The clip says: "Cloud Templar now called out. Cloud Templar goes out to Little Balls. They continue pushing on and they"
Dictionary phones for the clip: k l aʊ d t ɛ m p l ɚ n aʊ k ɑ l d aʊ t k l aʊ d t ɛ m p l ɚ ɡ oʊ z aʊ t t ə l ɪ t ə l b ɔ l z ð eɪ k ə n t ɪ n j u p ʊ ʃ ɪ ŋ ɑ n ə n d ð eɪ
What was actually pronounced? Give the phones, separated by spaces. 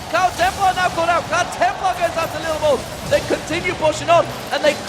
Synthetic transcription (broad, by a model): k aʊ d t ɛ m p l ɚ n aʊ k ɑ d aʊ t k aʊ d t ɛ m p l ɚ ɡ oʊ z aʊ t t ə l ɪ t l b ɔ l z ð eɪ k ə n t ɪ n j u p ʊ ʃ ɪ ŋ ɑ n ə n ð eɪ